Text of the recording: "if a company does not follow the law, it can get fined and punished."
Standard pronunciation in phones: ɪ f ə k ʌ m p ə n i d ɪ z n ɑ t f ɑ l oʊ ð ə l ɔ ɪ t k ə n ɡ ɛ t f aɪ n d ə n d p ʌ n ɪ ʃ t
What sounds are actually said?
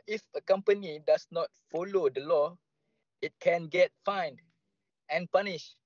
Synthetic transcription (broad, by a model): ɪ f ə k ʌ m p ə n i d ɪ s n ɑ t f ɑ l oʊ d ə l ɔ ɪ t k ə n ɡ ɛ t f aɪ n d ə n p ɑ n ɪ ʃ